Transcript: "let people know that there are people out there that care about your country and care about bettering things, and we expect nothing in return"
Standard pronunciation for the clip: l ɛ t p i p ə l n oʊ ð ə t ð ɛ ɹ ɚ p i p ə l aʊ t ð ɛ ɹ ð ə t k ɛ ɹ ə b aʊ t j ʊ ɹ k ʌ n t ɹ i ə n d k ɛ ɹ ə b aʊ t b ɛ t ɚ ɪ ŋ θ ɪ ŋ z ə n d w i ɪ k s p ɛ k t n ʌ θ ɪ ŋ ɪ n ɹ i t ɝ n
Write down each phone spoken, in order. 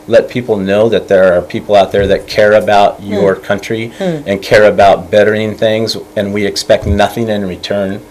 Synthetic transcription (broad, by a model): l ɛ t p i p l n oʊ ð ə t ð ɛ ɹ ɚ p i p l aʊ t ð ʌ ɹ ð ə t k ɛ ɹ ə b aʊ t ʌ ɹ k ʌ n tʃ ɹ i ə n k ɛ ɹ ə b aʊ t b ɛ t ɚ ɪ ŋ θ ɪ ŋ z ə n w i ɪ k s p ɛ k t n ʌ θ ɪ ŋ ɪ n ɹ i t ɝ n